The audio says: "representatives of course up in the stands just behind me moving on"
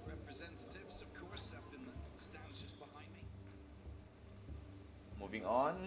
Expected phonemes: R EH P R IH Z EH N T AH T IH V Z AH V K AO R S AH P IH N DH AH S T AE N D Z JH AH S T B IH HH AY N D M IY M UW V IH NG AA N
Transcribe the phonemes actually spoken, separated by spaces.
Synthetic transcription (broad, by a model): R EH P R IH Z EH N T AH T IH V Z AH V K AO R S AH B IH N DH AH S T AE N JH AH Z B IH HH AY N D M IY M UW V IH NG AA N